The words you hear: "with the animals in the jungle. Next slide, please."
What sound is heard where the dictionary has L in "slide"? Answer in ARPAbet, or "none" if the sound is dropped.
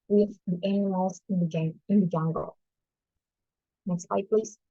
none